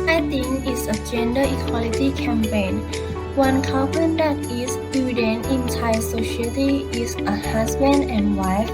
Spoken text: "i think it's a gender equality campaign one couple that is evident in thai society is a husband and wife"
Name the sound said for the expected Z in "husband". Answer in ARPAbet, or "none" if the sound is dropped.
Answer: S